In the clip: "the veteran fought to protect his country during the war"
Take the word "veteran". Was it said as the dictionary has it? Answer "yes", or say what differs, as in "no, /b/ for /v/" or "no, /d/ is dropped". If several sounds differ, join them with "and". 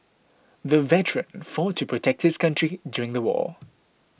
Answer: yes